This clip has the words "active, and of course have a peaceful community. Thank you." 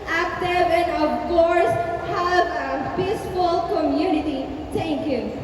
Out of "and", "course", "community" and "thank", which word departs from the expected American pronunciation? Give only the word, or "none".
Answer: thank